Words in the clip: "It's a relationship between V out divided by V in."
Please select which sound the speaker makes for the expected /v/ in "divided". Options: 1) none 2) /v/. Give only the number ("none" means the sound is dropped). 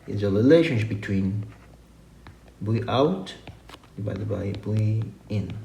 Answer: 1